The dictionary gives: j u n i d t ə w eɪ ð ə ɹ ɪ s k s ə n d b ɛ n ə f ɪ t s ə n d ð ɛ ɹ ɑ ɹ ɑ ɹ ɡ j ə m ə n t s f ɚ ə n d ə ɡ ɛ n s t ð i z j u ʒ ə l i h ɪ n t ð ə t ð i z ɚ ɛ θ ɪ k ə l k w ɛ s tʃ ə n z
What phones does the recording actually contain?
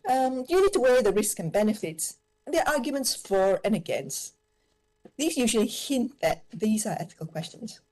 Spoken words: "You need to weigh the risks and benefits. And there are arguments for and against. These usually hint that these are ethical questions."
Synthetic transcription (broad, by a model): j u n i d t ə w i ð ə ɹ ɪ s k ə n b ɛ n ə f ɪ t s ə n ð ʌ ɹ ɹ ɑ ɹ ɡ j ə m ə n t s f ɚ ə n ə ɡ ɛ n s t ð i z j u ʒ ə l i h ɪ n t ð ə t ð i z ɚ ɛ θ ɪ k ə l k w ɛ s tʃ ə n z